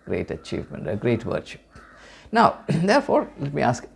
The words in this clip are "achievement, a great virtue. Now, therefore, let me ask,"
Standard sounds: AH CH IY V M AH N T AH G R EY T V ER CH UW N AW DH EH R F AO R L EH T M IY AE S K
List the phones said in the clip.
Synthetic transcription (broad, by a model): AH CH IY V M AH N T AH G R EY T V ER SH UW N AW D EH R F AO R L EH T M IY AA S K